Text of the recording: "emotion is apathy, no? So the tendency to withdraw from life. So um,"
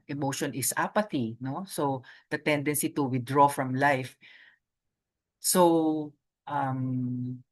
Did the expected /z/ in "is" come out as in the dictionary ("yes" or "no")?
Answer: no